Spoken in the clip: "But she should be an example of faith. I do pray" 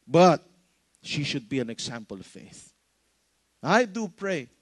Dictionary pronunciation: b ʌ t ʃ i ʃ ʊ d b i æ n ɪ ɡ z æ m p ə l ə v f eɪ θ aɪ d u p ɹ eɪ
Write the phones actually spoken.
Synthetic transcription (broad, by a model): b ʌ t ʃ i ʃ ʊ d b i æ n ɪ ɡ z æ m p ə l ə v f eɪ θ aɪ d u p ɹ eɪ